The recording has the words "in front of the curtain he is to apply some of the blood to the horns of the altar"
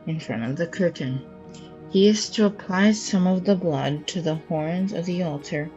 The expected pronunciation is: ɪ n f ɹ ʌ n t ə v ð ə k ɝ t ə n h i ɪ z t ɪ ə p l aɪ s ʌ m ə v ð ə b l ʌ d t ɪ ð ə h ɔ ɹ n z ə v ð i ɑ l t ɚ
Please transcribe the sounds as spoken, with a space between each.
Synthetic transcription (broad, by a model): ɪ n f ɹ ʌ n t ə v ð ə k ɝ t n h i ɪ z t ɪ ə p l aɪ s ʌ m ə v ð ə b l ʌ d t ɪ ð ə h ɔ ɹ n z ə v ð i ɑ l t ɚ